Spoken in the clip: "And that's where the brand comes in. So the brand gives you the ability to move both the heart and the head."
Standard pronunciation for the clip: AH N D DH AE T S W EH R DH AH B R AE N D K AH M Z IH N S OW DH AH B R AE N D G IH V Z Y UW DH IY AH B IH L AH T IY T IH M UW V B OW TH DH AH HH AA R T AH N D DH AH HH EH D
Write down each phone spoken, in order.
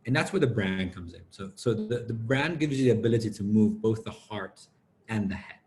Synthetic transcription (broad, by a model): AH N DH AE T S W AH R DH AH B R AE N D K AH M Z IH N S OW DH AH B R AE N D G IH V Z Y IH DH IY AH B IH L AH T IY T IH M UW V B OW TH DH AH HH AA R T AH N DH AH HH EH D